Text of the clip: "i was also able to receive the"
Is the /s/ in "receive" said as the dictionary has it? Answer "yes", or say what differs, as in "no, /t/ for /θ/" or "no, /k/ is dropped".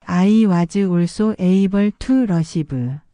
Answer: no, /ʃ/ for /s/